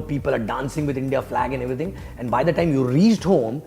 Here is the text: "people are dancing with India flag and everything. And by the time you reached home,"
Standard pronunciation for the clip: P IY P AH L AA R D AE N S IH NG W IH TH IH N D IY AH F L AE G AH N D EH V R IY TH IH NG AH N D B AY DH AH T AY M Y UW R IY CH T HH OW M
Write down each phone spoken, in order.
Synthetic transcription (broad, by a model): P IY P AH L AA R D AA N S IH NG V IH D IH N D IY AH F L AE G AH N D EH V R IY T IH NG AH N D B AY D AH T AY M Y UW R IY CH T HH OW M